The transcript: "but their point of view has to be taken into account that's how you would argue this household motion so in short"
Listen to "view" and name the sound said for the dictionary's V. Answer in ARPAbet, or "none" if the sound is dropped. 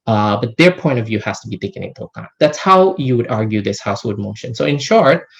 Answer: V